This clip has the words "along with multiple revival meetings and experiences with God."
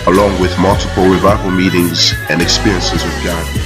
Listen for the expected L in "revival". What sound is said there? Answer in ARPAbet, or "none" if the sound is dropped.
L